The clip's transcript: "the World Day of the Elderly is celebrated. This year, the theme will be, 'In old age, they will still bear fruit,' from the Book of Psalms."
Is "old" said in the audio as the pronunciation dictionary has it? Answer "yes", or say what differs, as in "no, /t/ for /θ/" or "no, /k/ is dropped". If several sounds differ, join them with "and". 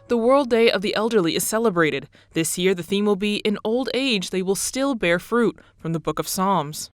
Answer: yes